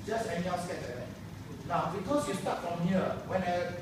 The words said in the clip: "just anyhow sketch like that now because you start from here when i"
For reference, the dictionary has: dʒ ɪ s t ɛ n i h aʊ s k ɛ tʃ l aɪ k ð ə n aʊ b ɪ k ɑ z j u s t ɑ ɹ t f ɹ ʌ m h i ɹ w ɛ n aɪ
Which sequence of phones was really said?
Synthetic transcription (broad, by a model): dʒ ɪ s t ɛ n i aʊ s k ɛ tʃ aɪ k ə n aʊ b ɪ k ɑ s j u s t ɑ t f ɹ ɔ m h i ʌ w ɛ n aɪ